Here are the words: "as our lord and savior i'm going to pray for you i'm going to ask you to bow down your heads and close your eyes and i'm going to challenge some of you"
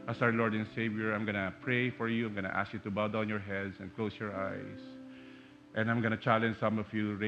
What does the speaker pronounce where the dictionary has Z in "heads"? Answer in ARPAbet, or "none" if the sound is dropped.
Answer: S